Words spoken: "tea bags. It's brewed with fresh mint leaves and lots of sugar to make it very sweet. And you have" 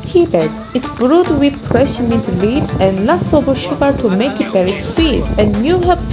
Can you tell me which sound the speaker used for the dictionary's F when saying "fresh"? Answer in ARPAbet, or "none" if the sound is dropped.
P